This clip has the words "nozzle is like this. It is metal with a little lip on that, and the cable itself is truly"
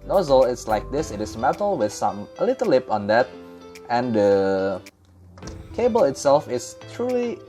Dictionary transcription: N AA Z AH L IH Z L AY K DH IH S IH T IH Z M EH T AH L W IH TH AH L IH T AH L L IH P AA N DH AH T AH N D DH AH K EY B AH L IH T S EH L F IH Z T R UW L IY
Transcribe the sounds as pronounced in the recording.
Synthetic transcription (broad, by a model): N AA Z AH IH S L AY K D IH S IH T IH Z M EH T AH L W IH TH AH L IH T AH L L IH P AA N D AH T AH N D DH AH K EY B AH L IH T S EH L F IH S T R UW L IY